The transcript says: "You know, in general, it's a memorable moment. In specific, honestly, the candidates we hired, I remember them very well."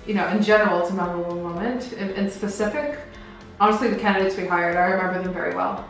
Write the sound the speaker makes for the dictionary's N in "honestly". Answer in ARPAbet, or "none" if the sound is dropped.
none